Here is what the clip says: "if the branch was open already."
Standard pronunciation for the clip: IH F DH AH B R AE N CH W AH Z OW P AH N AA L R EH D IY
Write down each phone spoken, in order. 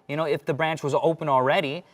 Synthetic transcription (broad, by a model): IH F DH AH B R AE N CH W AH Z OW P AH N L R EH D IY